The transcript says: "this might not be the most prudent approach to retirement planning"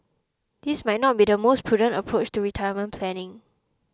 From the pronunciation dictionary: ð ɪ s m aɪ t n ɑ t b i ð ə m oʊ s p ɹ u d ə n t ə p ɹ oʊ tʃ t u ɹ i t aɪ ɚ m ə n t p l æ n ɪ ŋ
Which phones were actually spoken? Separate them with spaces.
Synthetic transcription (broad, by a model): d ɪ s m aɪ t n ɑ t b i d ə m oʊ s p ɹ u d ə n t ə p ɹ oʊ tʃ t u ɹ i t aɪ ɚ m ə n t p l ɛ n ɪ ŋ